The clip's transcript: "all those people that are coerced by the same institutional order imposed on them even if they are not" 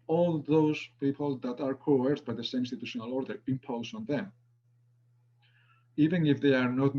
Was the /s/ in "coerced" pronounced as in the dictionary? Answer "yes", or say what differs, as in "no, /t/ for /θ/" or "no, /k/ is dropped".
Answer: no, /s/ is dropped